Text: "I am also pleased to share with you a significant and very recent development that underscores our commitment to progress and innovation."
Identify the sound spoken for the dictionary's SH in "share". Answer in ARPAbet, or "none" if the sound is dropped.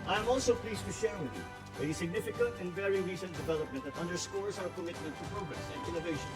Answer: S